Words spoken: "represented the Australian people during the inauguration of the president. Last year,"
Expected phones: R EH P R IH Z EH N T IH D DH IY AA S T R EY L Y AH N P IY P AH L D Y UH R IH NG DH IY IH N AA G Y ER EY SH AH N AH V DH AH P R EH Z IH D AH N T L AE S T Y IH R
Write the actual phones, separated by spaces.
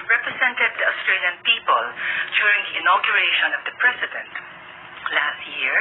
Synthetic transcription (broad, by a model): R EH P R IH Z EH N T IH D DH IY AA S T R EY L Y AH N P IY P AH L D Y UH R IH NG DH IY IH N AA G Y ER EY SH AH N AH V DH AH P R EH S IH D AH N T L AE S T Y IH R